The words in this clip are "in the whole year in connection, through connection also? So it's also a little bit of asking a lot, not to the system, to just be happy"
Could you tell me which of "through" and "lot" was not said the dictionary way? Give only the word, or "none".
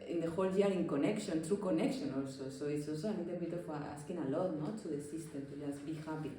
through